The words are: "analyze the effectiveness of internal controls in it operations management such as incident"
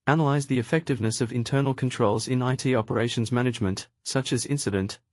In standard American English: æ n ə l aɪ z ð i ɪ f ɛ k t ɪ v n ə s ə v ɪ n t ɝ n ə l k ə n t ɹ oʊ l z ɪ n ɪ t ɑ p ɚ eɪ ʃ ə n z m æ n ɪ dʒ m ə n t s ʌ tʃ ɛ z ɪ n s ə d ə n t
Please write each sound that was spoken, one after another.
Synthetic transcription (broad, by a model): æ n ə l aɪ z ð i ɪ f ɛ k t ɪ v n ə s ə v ɪ n t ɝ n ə l k ə n t ɹ oʊ l z ɪ n ɪ t ɑ p ɚ eɪ ʃ ə n z m æ n ɪ dʒ m ə n t s ʌ tʃ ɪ z ɪ n s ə d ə n t